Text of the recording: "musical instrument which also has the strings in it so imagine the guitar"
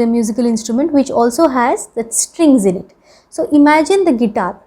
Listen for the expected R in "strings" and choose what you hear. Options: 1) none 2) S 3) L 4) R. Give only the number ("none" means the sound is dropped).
4